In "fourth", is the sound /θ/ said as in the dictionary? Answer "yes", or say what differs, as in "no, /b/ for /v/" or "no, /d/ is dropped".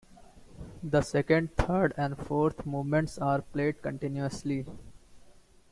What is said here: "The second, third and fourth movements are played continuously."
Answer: no, /t/ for /θ/